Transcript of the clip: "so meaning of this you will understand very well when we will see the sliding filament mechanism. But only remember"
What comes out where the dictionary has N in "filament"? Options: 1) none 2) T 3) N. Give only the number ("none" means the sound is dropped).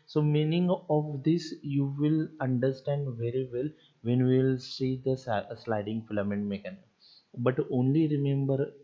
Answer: 3